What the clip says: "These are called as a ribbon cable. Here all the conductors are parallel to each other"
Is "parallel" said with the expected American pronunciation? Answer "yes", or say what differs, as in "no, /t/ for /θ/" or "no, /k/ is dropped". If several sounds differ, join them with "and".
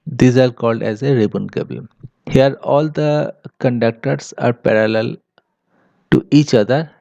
yes